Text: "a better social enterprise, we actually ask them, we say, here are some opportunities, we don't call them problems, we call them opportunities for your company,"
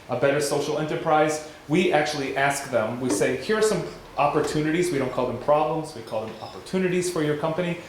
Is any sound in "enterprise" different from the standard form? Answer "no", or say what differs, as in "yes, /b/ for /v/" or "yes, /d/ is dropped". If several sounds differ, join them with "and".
no